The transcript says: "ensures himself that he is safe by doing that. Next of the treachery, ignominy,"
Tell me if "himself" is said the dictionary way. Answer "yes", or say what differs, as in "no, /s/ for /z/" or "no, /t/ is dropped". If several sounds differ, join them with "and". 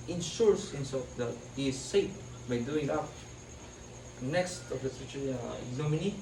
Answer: no, /l/ is dropped